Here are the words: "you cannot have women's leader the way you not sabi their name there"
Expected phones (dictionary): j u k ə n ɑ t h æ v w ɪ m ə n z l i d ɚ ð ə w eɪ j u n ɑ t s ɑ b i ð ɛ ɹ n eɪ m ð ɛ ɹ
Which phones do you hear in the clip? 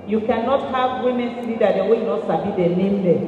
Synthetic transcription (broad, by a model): j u k ə n ɑ t h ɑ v w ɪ m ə n s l i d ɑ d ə w eɪ j u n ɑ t s ɑ b i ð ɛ n eɪ m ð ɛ